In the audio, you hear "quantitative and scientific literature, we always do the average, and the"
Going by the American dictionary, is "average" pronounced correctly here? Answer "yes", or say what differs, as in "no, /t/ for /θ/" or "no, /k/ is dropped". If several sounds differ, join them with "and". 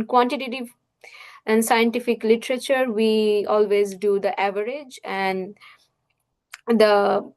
yes